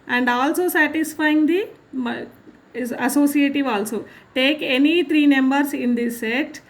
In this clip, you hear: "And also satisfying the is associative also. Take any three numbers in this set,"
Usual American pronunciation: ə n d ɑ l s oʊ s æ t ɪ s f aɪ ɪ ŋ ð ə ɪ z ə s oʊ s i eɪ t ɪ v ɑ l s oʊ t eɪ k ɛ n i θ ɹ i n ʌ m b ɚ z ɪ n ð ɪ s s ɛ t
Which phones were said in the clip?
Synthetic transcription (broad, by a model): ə n d ɑ l s oʊ s æ t ɪ s f aɪ ɪ ŋ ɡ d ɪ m ə s oʊ s i eɪ t ɪ v ɑ l s oʊ t eɪ k ɛ n i t ɹ i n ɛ m b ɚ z ɪ n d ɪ s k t